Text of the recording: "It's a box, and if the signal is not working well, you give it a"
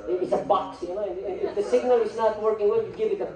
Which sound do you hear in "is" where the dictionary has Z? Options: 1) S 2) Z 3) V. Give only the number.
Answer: 2